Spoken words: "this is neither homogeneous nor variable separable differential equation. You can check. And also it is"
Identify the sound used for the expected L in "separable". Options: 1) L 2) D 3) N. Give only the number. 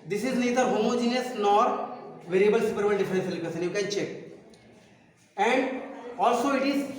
3